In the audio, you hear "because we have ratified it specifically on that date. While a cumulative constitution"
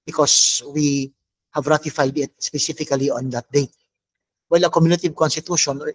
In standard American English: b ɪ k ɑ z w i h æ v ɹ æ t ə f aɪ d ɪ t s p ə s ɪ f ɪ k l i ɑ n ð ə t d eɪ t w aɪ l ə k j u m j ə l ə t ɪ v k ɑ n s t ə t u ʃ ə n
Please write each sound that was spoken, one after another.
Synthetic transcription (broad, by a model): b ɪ k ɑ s w i h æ v ɹ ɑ t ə f aɪ d ɪ t s p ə s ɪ f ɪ k l i ɑ n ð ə t d eɪ t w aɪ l ə k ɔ m j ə n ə t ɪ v k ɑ n s t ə t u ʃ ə n